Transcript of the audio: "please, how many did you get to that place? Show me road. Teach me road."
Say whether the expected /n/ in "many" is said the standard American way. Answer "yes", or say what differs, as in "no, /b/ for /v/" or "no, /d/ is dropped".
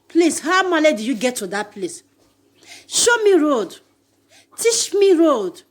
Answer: no, /l/ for /n/